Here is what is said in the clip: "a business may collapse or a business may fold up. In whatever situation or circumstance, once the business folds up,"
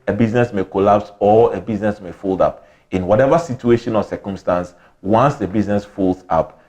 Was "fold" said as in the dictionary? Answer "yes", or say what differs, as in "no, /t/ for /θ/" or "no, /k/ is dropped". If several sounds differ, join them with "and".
yes